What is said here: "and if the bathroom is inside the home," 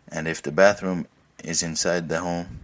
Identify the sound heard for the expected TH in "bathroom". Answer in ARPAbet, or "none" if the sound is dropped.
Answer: TH